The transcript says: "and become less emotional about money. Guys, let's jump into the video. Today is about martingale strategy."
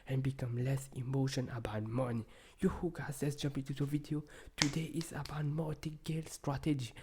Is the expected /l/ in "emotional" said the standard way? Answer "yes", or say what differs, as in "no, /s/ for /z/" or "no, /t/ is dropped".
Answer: no, /n/ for /l/